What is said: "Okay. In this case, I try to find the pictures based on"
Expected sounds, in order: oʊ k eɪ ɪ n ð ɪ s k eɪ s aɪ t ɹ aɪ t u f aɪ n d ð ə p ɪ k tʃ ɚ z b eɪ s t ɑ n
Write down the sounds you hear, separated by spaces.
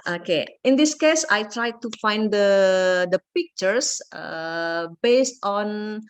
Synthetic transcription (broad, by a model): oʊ k eɪ ɪ n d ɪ s k eɪ s aɪ t ɹ aɪ t u f aɪ n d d ə p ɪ k tʃ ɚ s b eɪ s t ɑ n